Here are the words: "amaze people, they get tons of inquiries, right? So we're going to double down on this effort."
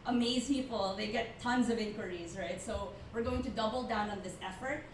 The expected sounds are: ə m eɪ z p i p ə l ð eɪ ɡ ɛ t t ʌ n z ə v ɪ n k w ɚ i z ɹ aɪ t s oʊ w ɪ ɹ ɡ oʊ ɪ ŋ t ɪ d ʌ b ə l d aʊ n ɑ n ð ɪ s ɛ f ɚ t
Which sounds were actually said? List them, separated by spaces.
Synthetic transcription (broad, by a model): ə m eɪ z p i p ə l ð eɪ ɡ ɛ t t ʌ n z ə v ɪ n k w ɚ i z ɹ aɪ t s oʊ w ɪ ɹ ɡ oʊ ɪ ŋ t ɪ d ʌ b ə l d aʊ n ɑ n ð ɪ s ɛ f ɚ t